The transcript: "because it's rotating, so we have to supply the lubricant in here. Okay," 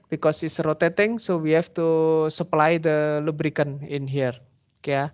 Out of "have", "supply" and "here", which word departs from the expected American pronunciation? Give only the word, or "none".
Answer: have